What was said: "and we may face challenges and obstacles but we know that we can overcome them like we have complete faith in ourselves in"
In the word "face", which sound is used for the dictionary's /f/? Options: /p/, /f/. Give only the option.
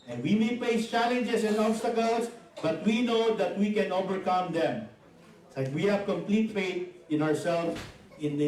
/p/